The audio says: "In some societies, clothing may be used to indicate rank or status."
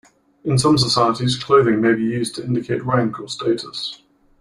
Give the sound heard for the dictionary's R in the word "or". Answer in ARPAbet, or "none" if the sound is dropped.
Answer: L